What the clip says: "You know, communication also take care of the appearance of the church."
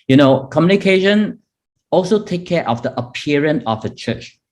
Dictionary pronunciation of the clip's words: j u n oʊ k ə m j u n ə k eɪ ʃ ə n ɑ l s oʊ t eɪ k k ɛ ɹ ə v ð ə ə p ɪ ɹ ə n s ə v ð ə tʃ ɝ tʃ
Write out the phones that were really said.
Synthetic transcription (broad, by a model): j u n oʊ k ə m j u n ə k eɪ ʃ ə n ɑ l s oʊ t eɪ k k ɛ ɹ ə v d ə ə p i ɹ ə n ə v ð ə tʃ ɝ tʃ